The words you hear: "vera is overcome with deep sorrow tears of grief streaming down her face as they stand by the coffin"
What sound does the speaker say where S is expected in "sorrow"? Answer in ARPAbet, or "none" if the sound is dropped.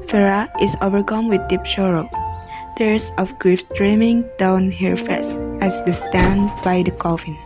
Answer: SH